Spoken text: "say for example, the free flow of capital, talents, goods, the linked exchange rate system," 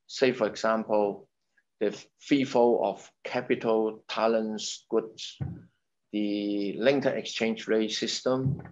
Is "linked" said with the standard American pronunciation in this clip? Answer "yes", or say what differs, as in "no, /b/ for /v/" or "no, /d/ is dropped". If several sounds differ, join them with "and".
no, /k/ is dropped